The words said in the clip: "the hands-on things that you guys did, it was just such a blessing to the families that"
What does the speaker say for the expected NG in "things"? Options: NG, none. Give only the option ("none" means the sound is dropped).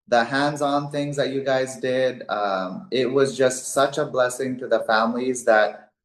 NG